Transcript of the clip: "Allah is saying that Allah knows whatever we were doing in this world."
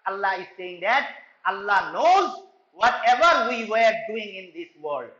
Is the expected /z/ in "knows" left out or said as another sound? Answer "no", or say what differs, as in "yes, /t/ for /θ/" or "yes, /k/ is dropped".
no